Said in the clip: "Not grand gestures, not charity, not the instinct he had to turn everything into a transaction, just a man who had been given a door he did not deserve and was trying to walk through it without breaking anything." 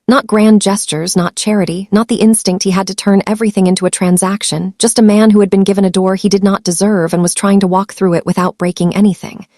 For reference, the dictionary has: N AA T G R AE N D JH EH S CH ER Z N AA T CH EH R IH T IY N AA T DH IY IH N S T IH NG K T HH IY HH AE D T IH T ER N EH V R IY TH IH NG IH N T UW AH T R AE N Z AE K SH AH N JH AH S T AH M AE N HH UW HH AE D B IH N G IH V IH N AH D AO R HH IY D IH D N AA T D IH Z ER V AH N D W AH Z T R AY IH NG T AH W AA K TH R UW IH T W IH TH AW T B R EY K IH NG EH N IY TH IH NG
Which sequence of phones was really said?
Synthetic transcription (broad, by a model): N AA T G R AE N JH EH S CH ER Z N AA T CH EH R IH T IY N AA T DH IY IH N S T IH NG K T HH IY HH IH D T IH T ER N EH V R IY TH IH NG IH N T UW AH T R AE N Z AE K SH AH N JH AH S T AH M AE N HH UW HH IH D B IH N G IH V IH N AH D AO R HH IY D IH D N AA T D IH Z ER V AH N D W AH Z T R AY IH NG T AH W AA K TH R UW IH T W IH TH AW T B R EY K IH NG EH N IY TH IH NG